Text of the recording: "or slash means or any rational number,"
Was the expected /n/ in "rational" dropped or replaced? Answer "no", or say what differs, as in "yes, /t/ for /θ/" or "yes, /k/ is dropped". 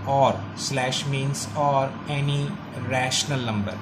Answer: no